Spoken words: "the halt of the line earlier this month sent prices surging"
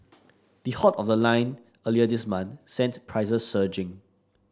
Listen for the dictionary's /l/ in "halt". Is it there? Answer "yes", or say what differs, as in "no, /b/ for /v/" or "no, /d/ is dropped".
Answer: no, /l/ is dropped